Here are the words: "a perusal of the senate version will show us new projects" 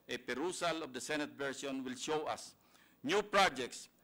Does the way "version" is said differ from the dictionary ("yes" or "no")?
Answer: yes